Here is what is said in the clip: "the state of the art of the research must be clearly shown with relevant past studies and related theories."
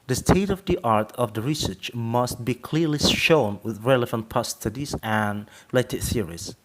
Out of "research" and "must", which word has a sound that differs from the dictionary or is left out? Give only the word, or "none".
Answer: none